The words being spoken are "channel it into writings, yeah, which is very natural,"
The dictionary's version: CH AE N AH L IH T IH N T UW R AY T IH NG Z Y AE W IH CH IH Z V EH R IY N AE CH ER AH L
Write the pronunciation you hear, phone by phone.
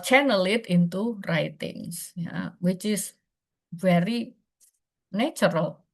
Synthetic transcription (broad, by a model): CH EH N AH L IH T IH N T UW R AY T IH NG S Y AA W IH CH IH S V EH R IY N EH CH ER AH L